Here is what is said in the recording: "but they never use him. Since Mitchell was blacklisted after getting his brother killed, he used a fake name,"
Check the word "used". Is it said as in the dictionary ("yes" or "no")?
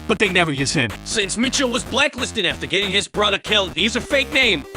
no